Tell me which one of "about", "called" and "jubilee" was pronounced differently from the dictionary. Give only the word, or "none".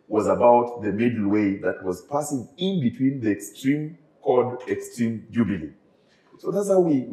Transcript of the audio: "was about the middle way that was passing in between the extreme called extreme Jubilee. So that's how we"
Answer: called